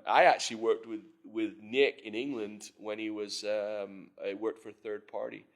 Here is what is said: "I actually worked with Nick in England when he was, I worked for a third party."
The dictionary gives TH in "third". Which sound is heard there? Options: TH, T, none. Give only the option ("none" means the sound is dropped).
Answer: TH